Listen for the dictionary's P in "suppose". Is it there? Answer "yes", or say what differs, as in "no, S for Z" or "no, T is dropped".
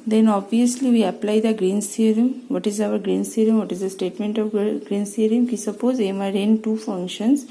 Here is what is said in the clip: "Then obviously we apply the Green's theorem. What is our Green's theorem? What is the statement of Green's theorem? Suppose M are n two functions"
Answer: yes